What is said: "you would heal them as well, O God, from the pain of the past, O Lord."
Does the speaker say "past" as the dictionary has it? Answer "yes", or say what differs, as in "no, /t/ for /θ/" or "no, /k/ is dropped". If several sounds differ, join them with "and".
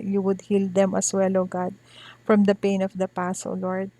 no, /t/ is dropped